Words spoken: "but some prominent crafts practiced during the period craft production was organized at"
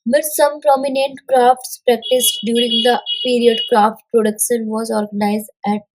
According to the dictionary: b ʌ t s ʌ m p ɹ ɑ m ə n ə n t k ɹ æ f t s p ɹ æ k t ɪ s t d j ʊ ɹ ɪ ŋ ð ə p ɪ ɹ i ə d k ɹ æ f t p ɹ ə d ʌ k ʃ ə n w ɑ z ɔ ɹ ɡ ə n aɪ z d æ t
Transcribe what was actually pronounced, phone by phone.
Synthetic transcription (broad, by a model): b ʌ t s ʌ m p ɹ ɑ m ə n ə n t k ɹ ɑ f t s p ɹ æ k t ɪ s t d j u ɹ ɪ ŋ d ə p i ɹ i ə d k ɹ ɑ f t p ɹ ə d ʌ k ʃ ə n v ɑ z ɔ ɹ ɡ ə n aɪ z d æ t